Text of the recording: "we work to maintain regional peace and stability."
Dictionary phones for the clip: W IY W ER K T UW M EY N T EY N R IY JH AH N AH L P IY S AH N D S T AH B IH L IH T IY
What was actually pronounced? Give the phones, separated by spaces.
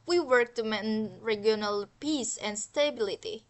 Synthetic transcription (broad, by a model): W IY W ER K T UW M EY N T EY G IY AH N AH L P IY S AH N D S T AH B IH L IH T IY